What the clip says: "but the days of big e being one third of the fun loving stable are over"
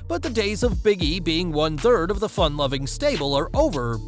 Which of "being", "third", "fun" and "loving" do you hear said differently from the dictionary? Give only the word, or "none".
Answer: none